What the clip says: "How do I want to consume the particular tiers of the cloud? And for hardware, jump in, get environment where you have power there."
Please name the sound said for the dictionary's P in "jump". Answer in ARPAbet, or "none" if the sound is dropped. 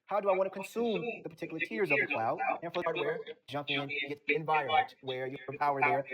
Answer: P